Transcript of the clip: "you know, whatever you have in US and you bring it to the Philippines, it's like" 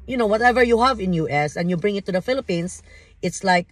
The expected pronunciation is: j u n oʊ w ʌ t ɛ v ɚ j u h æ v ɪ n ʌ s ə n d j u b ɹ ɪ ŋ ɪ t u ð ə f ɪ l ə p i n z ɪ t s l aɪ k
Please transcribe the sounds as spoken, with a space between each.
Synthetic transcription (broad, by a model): j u n oʊ w ʌ t ɛ v ɚ j u h æ v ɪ n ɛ s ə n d j u b ɹ ɪ ŋ ɪ t u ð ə f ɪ l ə p i n s ɪ t s l aɪ k